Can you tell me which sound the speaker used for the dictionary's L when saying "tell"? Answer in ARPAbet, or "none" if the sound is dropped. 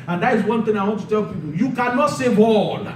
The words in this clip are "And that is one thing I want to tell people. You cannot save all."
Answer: L